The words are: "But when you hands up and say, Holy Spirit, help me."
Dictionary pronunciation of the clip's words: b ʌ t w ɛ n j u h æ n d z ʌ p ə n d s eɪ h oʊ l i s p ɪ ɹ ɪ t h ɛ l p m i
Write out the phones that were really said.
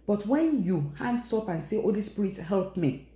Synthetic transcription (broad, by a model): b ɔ t w ɛ n j u h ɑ n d s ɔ p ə n s eɪ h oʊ l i s p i ɹ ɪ t h ɛ l p m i